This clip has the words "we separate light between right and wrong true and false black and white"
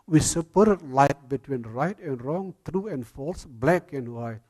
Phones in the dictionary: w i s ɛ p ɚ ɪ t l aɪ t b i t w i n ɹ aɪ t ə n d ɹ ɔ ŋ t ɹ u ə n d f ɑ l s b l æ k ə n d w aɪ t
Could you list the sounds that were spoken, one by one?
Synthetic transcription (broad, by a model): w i s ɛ p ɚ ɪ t l aɪ t b i t w i n ɹ aɪ t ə n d ɹ ɔ ŋ t ɹ u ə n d f ɑ l s b l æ k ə n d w aɪ